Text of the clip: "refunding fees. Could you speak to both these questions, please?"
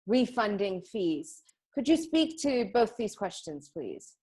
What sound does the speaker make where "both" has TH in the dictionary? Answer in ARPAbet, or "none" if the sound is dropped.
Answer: TH